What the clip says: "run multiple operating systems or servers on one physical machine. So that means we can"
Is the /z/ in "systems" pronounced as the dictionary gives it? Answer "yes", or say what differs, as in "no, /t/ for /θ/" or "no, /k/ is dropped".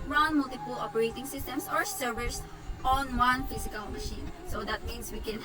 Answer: no, /s/ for /z/